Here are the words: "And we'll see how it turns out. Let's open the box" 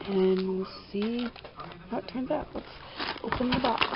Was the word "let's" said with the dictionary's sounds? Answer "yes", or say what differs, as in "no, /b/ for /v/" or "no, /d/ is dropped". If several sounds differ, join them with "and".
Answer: no, /w/ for /l/